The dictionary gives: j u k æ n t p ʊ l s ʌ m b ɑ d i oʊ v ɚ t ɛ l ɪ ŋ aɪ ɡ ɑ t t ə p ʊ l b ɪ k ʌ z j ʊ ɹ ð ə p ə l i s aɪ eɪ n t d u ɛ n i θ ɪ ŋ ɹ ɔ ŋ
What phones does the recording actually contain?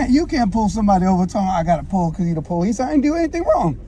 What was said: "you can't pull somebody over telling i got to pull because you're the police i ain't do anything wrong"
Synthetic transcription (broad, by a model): j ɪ k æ n p ʊ l s ʌ m b ɑ d i oʊ v ɚ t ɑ ɪ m aɪ ɡ ɑ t t ə p ʊ l k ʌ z j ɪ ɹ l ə p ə l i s aɪ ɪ n d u ɛ n i θ ɪ ŋ ɹ ɔ ŋ